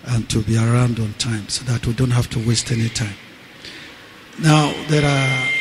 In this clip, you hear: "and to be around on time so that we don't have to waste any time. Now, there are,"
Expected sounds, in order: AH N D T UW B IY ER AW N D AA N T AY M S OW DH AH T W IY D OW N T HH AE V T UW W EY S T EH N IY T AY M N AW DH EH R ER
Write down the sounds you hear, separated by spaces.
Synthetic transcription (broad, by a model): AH N T UW B IY ER AW N D AA N T AY M S OW DH AH T W IY D OW N T HH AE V T UW W EY S T EH N IY T AY M N AW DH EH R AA